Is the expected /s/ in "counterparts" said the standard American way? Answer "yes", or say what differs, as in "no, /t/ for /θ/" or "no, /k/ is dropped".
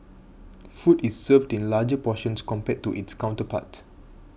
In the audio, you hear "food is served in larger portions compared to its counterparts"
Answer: no, /s/ is dropped